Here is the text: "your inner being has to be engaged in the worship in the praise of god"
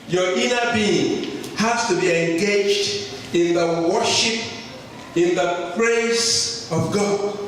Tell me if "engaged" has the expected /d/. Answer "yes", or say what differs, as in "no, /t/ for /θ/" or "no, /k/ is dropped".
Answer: yes